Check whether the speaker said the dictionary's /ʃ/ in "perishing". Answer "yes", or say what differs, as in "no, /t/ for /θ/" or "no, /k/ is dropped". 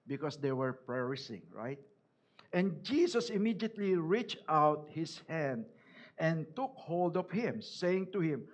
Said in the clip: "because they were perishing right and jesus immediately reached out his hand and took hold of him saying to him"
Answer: no, /s/ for /ʃ/